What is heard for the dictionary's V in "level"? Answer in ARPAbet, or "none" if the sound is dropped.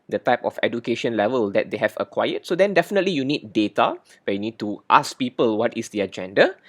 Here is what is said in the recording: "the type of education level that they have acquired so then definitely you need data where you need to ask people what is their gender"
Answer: V